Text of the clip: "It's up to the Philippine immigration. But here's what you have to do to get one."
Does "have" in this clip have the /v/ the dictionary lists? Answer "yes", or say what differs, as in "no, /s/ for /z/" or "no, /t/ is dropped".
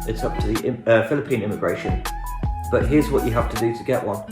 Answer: no, /f/ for /v/